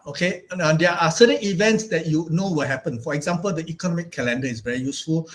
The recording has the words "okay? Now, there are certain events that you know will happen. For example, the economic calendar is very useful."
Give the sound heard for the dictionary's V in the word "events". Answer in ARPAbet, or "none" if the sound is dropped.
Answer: V